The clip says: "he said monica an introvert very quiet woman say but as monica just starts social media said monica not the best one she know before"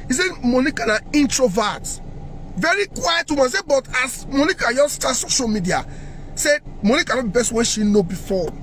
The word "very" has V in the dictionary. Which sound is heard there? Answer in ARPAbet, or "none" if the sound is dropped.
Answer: V